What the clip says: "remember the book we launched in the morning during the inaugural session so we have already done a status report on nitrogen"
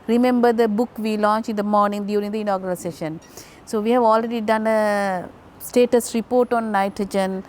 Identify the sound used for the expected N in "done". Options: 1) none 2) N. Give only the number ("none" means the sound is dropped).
2